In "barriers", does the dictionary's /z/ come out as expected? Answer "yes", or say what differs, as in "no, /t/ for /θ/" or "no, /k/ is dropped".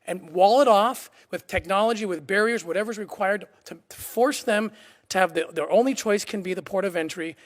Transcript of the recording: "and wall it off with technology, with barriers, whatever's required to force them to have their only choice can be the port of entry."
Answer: yes